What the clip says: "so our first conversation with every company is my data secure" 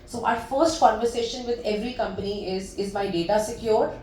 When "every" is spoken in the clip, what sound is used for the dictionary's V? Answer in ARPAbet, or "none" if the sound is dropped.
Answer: V